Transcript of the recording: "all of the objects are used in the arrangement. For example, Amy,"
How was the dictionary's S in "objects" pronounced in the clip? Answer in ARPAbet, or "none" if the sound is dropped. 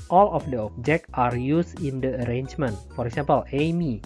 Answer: none